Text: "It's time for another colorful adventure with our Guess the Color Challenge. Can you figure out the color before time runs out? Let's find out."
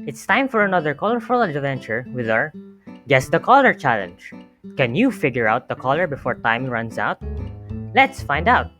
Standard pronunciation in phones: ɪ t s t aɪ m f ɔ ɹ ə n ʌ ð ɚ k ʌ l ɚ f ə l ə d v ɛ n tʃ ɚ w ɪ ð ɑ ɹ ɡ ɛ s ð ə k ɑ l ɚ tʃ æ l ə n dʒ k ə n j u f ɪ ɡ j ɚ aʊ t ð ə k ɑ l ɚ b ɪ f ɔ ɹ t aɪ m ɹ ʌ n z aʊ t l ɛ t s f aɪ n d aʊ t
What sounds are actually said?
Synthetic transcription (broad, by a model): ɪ t s t aɪ m f ɔ ɹ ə n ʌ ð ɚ k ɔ l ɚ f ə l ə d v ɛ n tʃ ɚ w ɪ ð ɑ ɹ ɡ ɛ s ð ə k ɑ l ɚ tʃ æ l ə n dʒ k ə n j u f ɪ ɡ j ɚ aʊ t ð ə k ɑ l ɚ b ɪ f ɔ ɹ t aɪ m ɹ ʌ n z aʊ t l ɛ t s f aɪ n d aʊ t